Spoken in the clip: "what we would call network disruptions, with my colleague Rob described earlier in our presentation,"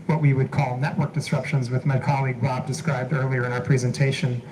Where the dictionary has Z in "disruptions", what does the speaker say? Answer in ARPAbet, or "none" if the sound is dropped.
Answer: Z